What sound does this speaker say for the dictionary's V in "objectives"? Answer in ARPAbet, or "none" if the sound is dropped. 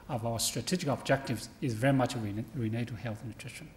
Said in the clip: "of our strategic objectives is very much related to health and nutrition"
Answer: V